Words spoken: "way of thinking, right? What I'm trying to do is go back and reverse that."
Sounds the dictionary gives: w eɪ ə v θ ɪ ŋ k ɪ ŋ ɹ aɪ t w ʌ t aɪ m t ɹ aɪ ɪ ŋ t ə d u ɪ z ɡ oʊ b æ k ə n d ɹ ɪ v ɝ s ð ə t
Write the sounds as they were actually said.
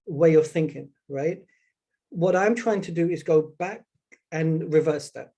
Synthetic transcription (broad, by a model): w eɪ ə v θ ɪ ŋ k ɪ ŋ ɹ aɪ t w ʌ t aɪ m t ɹ aɪ ɪ ŋ t ə d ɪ ɪ z ɡ oʊ b æ k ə n ɹ ɪ v ɝ s ð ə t